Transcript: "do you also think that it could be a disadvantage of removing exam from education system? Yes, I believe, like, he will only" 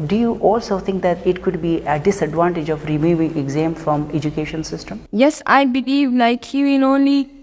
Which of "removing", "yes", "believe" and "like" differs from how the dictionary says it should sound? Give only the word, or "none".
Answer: like